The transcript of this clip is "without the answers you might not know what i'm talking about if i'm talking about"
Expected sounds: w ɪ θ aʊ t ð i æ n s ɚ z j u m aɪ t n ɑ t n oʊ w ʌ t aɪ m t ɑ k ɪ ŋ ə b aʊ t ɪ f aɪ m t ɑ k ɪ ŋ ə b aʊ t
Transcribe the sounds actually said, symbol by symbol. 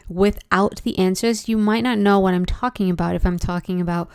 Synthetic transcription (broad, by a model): w ɪ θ aʊ t ð i æ n s ɚ z j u m aɪ t n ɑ t n oʊ w ʌ t aɪ m t ɑ k ɪ ŋ ə b aʊ t ɪ f aɪ m t ɑ k ɪ ŋ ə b aʊ t